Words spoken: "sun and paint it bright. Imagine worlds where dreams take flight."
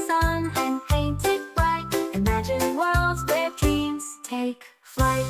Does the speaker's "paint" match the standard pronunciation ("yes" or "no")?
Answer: yes